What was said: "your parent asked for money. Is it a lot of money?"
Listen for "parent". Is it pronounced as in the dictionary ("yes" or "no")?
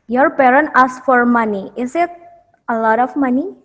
yes